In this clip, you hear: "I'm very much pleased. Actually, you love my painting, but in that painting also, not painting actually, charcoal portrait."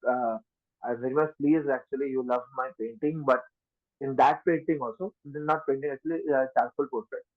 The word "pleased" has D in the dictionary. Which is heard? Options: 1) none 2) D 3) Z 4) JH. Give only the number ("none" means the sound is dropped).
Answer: 1